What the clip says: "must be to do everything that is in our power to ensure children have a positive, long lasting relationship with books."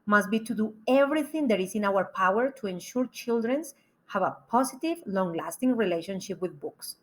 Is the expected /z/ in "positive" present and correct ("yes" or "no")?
no